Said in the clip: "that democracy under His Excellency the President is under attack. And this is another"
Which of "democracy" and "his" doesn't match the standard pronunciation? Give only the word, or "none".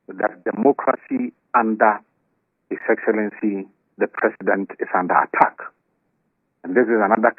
his